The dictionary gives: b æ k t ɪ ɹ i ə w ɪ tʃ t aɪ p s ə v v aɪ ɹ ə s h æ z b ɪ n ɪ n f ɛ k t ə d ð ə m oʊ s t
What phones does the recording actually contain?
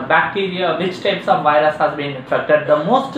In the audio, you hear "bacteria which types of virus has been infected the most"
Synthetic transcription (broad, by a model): b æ k t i ɹ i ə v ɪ tʃ t aɪ p s ə v v aɪ ɹ ə s h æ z b ɪ n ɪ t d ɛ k t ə d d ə m oʊ s t